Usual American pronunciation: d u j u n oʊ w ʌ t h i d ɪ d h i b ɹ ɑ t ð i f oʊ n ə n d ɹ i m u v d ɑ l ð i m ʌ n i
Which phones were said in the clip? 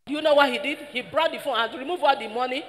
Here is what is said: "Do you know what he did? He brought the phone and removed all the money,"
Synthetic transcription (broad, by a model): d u j u n oʊ w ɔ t h i d ɪ d h i b ɹ ɑ t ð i f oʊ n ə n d ɹ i m u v ɑ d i m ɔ n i